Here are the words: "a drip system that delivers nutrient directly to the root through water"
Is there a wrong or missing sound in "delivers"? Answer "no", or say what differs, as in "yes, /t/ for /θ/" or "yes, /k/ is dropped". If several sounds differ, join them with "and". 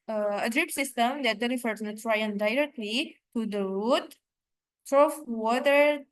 yes, /f/ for /v/